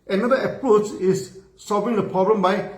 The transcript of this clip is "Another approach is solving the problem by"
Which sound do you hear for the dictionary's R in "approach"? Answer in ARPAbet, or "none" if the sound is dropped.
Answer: R